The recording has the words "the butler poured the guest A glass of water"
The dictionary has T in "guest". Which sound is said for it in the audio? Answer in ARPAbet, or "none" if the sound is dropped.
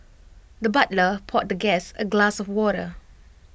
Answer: none